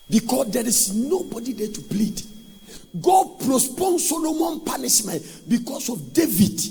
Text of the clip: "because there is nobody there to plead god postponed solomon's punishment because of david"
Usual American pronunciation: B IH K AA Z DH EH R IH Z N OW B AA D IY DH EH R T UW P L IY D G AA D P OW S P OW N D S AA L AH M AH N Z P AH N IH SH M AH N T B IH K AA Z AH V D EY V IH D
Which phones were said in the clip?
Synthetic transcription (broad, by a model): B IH K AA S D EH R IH S N OW B AA D IY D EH T UW P L IY D G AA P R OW S P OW N S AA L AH M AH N P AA N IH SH M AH N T B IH K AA S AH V D EY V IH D